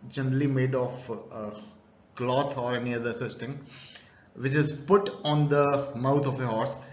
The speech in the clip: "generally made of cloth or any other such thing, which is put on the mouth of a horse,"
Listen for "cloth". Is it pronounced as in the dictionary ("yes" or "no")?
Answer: no